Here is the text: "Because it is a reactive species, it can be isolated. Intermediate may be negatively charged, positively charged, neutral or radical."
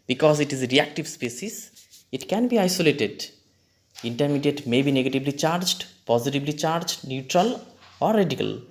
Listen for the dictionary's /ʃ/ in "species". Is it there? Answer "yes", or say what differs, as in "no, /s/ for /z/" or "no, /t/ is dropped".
no, /s/ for /ʃ/